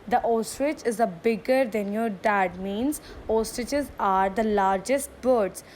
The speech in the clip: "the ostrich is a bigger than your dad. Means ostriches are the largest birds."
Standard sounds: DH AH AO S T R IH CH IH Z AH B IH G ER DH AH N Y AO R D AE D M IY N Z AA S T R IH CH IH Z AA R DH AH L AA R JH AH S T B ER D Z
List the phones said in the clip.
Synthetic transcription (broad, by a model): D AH AO S T R IH CH IH Z AH B IH G ER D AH N Y AO R D AE D M IY N Z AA S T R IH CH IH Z AA R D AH L AA R JH AH S T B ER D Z